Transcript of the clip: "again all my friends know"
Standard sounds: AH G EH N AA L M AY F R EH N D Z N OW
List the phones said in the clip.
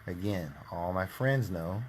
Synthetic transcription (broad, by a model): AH G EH N AA L M AY F R EH N D Z N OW